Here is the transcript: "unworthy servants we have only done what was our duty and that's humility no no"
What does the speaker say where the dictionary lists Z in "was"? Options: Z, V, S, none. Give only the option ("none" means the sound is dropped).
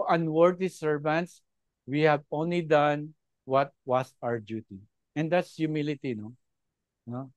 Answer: S